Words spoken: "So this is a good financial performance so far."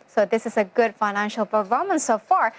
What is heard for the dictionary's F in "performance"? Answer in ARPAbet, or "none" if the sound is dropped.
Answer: none